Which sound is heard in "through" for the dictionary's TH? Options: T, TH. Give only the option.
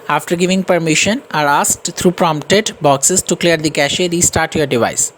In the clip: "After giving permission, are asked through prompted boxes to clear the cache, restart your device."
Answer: T